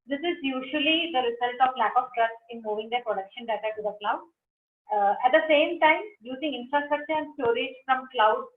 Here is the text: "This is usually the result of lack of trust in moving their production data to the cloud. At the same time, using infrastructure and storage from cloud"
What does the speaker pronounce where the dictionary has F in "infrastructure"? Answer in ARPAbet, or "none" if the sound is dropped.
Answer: F